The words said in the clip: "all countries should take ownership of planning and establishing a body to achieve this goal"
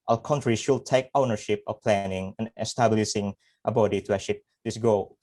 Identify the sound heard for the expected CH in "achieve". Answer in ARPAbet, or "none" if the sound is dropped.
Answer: SH